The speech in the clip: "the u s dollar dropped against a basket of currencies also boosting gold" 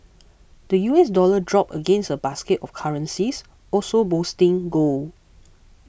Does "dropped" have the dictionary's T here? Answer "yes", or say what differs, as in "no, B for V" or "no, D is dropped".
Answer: no, T is dropped